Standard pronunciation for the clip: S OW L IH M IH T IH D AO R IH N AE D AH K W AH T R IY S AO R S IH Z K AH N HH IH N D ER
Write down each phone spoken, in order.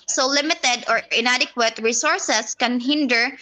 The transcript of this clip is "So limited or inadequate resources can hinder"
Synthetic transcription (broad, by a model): S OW L IH M IH T IH D AO R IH N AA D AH K W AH T R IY S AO R S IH S K AH N HH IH N D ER